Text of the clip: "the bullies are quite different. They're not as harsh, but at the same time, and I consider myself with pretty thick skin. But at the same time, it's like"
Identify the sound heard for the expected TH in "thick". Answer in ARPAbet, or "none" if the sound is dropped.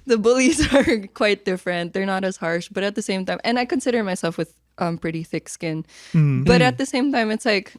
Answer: TH